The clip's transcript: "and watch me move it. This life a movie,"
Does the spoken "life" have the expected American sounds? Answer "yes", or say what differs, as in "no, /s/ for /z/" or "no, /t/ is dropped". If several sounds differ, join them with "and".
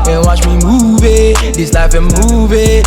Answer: no, /n/ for /l/